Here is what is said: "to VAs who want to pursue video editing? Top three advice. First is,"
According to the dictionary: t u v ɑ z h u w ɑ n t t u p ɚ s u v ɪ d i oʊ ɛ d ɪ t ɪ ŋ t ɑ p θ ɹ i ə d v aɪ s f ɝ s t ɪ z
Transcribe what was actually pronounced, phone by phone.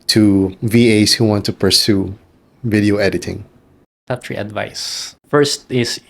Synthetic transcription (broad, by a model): t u v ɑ s h u w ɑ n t t u p ɚ s u v ɪ d i oʊ ɛ d ɪ t ɪ ŋ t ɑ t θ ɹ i ə d v aɪ s f ɝ s t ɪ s